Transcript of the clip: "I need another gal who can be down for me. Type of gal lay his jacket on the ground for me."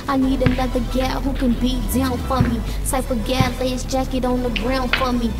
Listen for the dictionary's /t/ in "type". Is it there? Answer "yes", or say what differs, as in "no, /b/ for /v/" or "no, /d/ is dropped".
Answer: no, /s/ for /t/